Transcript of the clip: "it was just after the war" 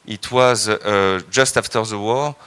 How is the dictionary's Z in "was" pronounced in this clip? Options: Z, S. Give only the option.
Z